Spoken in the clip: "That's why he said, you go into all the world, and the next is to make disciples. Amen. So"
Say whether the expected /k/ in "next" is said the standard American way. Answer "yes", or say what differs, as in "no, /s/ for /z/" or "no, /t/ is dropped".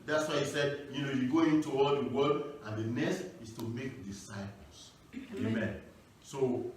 no, /k/ is dropped